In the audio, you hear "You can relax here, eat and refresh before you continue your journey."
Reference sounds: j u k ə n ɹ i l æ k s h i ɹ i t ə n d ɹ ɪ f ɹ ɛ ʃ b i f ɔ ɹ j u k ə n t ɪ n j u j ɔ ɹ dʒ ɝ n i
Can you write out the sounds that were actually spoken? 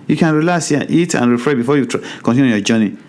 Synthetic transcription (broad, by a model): j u k ə n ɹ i l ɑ s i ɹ i t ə n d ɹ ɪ f ɹ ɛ b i f ɔ j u k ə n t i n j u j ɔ dʒ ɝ n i